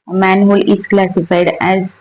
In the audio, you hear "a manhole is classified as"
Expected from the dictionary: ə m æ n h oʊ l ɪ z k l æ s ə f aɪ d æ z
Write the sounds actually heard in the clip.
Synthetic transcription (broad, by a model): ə m æ n h oʊ l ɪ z k l æ s ə f aɪ d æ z